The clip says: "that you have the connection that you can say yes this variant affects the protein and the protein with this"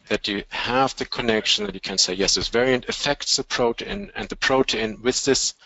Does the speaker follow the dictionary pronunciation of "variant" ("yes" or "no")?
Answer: yes